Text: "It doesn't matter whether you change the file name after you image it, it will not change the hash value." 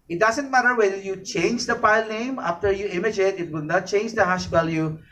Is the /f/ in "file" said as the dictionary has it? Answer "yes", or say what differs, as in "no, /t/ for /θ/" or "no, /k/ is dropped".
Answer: no, /p/ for /f/